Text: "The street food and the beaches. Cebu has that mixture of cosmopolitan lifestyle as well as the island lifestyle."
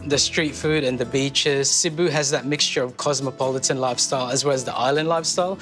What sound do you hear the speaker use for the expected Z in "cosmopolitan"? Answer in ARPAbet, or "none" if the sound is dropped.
Z